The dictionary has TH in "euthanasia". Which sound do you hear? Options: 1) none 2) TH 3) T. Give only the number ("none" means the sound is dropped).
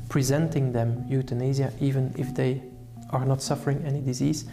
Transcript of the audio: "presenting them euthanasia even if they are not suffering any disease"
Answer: 3